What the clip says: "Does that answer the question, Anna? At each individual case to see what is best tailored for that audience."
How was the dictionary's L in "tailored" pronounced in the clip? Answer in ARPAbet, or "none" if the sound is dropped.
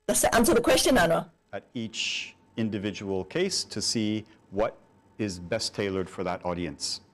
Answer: L